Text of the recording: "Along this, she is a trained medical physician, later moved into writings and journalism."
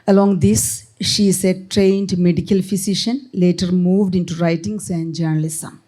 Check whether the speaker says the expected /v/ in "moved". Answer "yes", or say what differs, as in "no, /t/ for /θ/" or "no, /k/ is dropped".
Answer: yes